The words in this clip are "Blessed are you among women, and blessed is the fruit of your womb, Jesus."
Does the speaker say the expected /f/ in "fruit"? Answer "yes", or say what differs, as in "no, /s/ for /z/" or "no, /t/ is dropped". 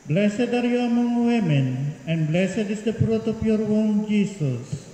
no, /p/ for /f/